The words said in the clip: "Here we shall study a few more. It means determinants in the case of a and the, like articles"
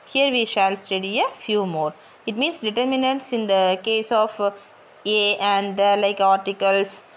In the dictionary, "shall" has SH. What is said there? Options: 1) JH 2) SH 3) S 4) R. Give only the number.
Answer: 2